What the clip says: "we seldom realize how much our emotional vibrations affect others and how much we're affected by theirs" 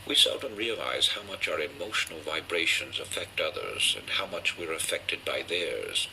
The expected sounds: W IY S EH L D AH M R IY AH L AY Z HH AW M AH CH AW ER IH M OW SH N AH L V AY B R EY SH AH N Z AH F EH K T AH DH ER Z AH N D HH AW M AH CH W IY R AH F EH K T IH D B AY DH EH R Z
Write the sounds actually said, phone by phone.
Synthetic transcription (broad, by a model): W IY S EH L D AH M R IY AH L AY Z HH AW M AH CH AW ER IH M OW SH N L V AY B R EY SH AH N Z AH F EH K T AH DH ER Z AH N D HH AW M AH CH W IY R AH F EH K T IH D B AY DH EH R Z